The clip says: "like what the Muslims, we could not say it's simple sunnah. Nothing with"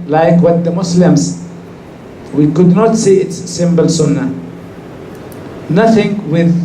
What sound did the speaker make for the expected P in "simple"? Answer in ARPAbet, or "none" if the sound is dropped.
B